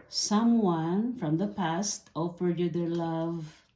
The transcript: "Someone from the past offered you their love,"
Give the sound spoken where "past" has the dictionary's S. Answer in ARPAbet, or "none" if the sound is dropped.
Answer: S